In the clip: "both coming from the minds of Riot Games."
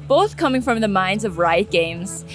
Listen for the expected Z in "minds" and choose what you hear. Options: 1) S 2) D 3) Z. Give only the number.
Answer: 3